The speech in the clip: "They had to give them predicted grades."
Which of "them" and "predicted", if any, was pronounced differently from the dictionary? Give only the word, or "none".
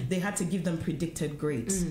none